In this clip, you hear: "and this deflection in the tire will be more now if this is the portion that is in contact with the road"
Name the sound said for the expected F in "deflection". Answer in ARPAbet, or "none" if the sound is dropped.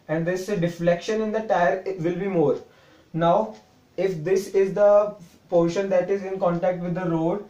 F